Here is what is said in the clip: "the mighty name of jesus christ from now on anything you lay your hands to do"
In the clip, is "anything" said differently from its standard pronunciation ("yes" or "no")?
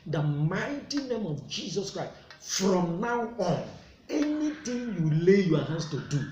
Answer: yes